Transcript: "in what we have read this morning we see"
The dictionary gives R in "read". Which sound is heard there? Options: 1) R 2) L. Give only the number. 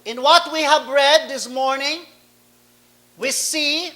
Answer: 1